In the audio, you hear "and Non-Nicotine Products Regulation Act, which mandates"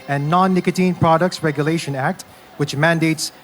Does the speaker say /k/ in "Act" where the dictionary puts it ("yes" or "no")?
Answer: yes